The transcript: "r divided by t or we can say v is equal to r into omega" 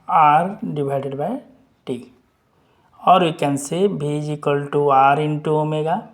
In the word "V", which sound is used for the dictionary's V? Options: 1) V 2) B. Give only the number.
2